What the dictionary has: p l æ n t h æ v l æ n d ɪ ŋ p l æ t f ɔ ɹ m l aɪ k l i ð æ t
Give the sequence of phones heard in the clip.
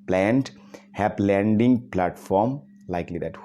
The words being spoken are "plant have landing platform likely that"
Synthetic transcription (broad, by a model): p l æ n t h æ p l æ n d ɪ ŋ p l æ t f ɔ ɹ m l aɪ k l i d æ t